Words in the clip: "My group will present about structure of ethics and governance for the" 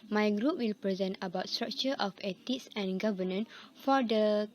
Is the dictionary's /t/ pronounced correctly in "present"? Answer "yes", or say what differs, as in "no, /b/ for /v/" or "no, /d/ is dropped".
yes